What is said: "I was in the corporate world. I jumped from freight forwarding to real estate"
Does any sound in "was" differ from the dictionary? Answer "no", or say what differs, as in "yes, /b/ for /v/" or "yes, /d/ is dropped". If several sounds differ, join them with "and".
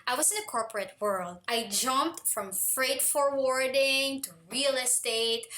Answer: yes, /s/ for /z/